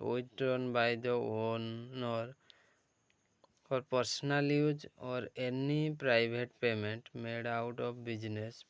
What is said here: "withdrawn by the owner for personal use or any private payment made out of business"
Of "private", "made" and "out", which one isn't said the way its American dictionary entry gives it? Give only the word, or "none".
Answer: private